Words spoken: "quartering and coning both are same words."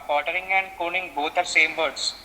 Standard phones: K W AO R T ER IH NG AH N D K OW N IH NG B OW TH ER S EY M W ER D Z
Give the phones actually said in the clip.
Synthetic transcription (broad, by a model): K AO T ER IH NG AH N D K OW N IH NG B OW T ER S EY M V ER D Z